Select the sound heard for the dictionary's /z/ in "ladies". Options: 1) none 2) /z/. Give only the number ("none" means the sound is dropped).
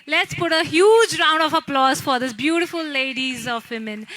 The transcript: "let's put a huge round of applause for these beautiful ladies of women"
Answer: 2